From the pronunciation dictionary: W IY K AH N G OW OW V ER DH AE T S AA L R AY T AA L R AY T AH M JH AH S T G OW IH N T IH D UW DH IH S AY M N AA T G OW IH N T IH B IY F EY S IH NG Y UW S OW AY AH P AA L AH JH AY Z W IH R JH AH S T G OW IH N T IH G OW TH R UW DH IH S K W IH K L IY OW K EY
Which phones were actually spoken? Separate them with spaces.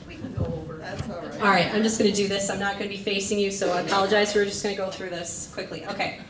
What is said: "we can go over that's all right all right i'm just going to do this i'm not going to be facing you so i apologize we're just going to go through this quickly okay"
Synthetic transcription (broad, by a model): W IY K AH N G OW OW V ER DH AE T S AA L R AY T AA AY AH M JH AH S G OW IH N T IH D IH DH IH S AY M N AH T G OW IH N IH B IY F EY S IH NG Y UW S OW AH P AA L AH JH AY Z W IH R JH AH S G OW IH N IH G OW TH R UW DH IH S K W IH K L IY OW K EY